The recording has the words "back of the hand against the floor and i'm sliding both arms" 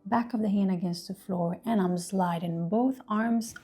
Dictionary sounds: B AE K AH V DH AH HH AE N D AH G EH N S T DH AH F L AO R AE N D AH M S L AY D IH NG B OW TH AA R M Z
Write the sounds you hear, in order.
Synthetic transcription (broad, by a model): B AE K AH V DH AH HH AE N D AH G EH N S T DH AH F L AO R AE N AH M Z L AY D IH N B OW TH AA R M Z